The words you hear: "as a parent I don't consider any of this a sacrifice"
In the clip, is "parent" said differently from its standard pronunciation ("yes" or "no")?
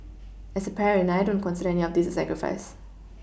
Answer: yes